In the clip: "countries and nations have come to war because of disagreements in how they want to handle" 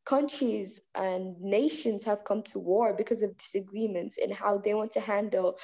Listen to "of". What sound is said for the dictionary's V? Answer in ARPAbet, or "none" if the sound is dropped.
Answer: V